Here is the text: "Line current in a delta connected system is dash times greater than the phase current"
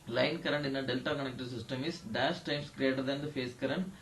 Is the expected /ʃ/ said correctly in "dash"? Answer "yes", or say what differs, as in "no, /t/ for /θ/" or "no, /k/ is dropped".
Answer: no, /s/ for /ʃ/